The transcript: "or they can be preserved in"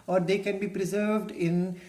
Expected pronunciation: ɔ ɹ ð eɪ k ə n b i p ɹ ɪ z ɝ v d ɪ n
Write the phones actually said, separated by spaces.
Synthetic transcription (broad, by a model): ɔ ɹ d eɪ k ə n b i p ɹ ɪ z ɝ v d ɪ n